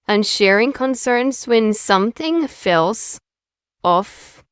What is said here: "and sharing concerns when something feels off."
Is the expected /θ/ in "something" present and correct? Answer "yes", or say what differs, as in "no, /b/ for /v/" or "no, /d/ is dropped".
yes